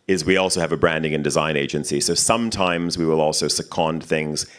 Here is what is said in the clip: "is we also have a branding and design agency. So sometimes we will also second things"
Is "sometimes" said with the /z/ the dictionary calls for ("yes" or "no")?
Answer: yes